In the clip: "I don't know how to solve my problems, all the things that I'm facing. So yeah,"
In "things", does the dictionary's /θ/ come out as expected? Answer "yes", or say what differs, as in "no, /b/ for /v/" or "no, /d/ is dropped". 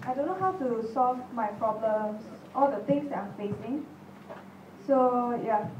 no, /t/ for /θ/